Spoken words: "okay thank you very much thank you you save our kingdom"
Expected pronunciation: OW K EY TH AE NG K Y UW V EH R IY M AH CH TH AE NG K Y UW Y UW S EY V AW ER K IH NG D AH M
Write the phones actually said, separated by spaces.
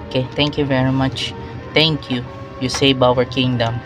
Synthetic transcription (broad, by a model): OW K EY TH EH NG K Y UW V EH R IY M AH CH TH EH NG K Y UW Y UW S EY B AW ER K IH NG D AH M